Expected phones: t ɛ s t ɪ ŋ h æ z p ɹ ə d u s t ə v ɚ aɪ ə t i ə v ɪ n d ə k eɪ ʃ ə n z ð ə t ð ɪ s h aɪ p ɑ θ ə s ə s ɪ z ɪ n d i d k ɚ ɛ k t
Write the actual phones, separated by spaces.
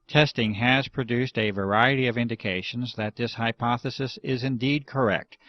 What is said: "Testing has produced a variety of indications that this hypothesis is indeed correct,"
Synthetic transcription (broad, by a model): t ɛ s t ɪ ŋ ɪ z p ɹ ə d u s t ə v ɚ aɪ ə t i ə v ɪ n d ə k eɪ ʃ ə n z ð ə t ð ɪ s h aɪ p ɑ θ ə s ə s ɪ z ɪ n d i d k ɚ ɛ k t